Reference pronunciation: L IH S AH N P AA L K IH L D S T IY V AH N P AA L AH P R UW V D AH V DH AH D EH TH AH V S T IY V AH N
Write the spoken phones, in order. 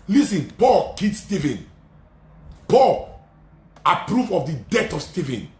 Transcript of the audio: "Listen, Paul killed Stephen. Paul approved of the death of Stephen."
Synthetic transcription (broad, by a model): L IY S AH N P AA L K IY D S T IY V AH N P AA L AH P R UW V AH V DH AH D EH T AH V S T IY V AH N